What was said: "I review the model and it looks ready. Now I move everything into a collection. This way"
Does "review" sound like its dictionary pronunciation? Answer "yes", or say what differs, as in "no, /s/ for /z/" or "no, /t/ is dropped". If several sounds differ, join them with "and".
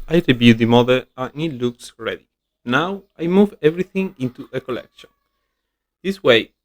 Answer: no, /b/ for /v/